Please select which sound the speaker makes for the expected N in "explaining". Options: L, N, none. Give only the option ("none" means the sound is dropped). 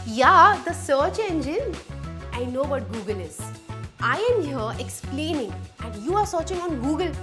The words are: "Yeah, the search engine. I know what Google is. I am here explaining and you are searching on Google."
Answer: N